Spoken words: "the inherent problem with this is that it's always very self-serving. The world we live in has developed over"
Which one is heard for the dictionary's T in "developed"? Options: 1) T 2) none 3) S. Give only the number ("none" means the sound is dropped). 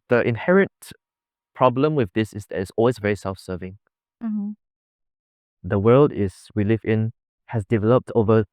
1